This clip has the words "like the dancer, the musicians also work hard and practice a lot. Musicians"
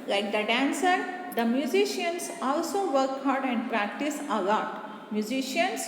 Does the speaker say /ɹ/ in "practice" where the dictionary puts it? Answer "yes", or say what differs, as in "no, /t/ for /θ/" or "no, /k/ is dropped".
yes